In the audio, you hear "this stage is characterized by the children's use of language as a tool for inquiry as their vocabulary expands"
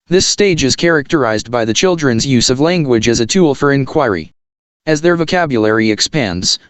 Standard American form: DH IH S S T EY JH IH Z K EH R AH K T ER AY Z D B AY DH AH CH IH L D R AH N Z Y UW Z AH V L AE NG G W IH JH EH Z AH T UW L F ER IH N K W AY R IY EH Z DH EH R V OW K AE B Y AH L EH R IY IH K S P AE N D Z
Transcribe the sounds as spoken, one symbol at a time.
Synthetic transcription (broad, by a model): DH IH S S T EY JH IH Z K EH R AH K T ER AY Z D B AY DH AH CH IH L D R AH N Z Y UW Z AH V L AE NG G W IH JH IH Z AH T UW L F ER IH N K W AY R IY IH Z DH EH R V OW K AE B Y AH L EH R IY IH K S P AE N D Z